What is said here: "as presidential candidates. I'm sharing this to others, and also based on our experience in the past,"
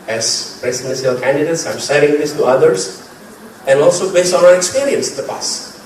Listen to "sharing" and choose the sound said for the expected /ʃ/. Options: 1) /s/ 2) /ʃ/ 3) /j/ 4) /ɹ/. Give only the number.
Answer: 1